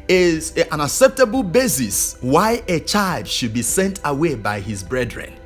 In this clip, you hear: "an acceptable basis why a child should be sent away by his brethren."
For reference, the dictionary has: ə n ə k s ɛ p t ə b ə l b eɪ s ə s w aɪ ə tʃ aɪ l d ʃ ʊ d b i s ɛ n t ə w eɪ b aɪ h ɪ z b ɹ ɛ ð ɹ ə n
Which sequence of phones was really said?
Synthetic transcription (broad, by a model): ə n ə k s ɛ p t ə b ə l b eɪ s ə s w aɪ ə tʃ aɪ l d ʃ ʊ d b i s ɛ n t ə w eɪ b aɪ h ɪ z b ɹ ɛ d ɹ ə n